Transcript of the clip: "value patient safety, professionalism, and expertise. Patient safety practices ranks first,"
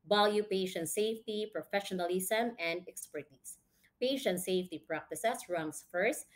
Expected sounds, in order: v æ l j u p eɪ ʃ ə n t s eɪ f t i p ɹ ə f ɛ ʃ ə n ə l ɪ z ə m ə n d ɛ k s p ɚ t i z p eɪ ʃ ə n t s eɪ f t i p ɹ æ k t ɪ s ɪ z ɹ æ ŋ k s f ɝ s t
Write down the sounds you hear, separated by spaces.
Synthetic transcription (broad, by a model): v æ l j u p eɪ ʃ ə n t s eɪ f t i p ɹ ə f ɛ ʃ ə n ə l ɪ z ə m ə n d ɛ k s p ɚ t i s p eɪ ʃ ə n t s eɪ f t i p ɹ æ k t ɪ s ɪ s ɹ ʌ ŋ s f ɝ s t